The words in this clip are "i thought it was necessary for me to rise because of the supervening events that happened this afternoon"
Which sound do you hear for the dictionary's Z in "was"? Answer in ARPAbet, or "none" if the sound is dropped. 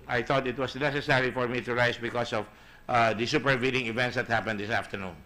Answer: S